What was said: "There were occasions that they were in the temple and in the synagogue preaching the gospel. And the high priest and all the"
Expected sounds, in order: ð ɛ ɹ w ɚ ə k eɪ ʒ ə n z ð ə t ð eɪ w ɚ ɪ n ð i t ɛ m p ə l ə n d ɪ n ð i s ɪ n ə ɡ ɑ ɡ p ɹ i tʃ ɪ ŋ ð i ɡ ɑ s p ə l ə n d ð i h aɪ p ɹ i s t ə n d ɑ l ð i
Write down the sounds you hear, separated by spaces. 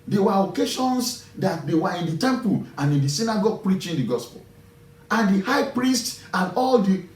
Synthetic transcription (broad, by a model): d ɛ w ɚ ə k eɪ ʃ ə n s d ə t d eɪ w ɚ ɪ n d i t ɛ m p ə l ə n ɪ n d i s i n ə ɡ ɑ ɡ p ɹ i tʃ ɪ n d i ɡ ɑ s p ə l ə n d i h aɪ p ɹ i s t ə n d ɑ l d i